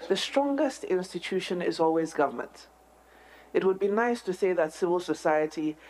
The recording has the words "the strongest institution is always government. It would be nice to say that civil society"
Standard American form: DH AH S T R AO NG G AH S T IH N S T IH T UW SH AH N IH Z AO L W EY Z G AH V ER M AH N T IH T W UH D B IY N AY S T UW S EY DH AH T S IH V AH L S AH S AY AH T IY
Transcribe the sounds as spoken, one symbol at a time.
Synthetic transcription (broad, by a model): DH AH S T R AO NG G AH S T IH N S T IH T UW SH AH N IH Z AO L W EY Z G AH V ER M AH N T IH T W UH D B IY N AY S T UW S EY DH AH T S IH V AH L S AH S AY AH T IY